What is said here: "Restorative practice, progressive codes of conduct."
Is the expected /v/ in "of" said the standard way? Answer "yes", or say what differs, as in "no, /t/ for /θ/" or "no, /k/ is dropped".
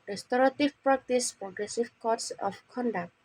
no, /p/ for /v/